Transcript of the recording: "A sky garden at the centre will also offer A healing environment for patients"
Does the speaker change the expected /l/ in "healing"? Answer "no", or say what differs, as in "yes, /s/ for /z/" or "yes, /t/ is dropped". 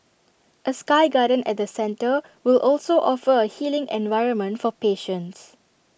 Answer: no